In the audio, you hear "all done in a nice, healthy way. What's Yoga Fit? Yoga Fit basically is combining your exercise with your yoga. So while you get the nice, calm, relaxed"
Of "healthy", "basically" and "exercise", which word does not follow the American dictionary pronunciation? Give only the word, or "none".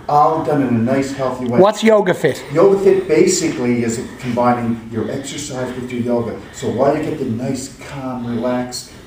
none